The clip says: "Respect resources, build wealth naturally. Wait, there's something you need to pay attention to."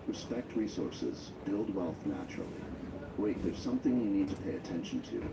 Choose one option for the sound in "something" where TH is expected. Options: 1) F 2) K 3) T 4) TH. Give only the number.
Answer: 4